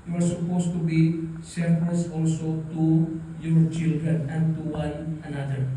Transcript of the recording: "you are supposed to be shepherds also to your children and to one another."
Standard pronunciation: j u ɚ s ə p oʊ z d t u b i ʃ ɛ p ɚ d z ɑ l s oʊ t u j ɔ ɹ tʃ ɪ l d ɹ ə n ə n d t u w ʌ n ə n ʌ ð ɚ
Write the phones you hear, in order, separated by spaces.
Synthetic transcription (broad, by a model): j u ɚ s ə p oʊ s t u b i s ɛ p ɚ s ɑ l s oʊ t u j ɔ ɹ tʃ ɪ l d ɹ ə n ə n t u w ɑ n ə n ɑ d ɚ